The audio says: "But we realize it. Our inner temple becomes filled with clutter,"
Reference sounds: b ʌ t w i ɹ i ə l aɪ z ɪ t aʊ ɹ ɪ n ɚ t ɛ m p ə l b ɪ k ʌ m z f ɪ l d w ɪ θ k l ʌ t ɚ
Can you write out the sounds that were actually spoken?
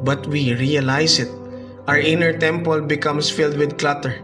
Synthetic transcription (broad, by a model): b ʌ t w i ɹ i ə l aɪ s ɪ t aʊ ɹ ɪ n ɚ t ɛ m p ə l b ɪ k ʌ m s f ɪ l d w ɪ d k l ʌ t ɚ